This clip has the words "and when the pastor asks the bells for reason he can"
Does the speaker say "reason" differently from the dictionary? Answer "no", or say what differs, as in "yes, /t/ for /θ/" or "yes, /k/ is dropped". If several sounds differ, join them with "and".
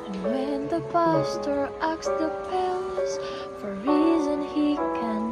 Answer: no